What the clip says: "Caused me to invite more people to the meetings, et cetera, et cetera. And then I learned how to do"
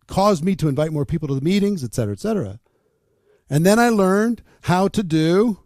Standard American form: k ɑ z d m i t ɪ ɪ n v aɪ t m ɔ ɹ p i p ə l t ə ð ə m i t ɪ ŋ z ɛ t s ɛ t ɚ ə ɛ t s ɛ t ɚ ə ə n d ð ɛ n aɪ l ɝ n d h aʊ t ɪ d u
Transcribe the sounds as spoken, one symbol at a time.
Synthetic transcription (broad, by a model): k ɑ z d m i t ɪ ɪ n v aɪ t m ɔ ɹ p i p l t ə ð ə m i t ɪ ŋ z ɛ t s ɛ t ɚ ə t s ɛ t ɚ ə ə n ð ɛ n aɪ l ɝ n d h aʊ t ɪ d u